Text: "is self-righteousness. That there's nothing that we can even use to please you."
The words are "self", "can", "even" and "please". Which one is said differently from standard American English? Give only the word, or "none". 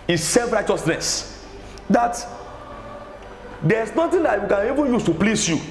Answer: please